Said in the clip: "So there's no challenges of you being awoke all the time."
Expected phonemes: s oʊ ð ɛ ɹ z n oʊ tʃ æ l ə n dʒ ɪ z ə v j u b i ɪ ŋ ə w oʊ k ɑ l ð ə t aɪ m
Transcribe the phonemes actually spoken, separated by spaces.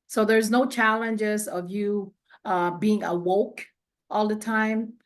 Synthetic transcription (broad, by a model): s oʊ ð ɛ ɹ z n oʊ tʃ æ l ə n dʒ ɪ z ə v j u b i ɪ ŋ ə w oʊ k ɑ l ð ə t aɪ m